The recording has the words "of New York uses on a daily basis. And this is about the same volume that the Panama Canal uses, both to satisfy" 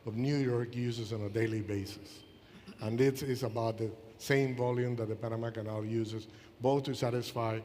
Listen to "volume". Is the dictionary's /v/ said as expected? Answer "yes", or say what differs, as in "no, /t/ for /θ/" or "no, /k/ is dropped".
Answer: yes